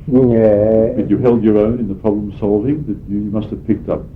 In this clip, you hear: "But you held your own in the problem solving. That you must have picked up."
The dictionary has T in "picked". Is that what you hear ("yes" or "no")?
yes